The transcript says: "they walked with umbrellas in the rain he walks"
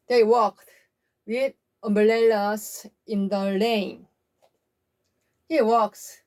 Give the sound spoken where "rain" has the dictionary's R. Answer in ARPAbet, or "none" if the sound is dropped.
L